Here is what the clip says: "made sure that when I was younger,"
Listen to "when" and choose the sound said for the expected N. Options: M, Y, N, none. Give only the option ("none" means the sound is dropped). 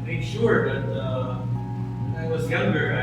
none